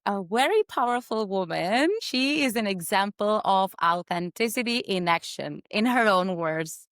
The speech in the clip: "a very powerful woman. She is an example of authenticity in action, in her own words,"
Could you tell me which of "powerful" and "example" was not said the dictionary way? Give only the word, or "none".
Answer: none